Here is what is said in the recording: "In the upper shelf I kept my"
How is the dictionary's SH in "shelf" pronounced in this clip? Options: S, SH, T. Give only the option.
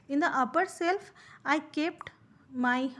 S